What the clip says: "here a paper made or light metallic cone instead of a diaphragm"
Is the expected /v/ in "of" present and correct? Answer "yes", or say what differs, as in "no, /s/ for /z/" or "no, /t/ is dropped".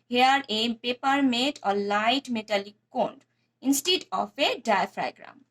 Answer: no, /p/ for /v/